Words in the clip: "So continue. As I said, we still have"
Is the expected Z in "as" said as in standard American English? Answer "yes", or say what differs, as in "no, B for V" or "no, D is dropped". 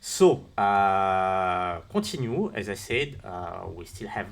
yes